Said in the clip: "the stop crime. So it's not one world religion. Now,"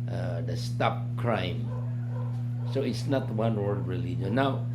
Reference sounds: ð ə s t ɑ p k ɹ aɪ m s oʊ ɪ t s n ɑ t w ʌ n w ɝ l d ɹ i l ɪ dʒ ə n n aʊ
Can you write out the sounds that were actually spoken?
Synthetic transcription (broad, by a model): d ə s t ɑ p k ɹ aɪ m s oʊ ɪ t s n ɑ t w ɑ n w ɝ d ɹ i l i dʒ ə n n aʊ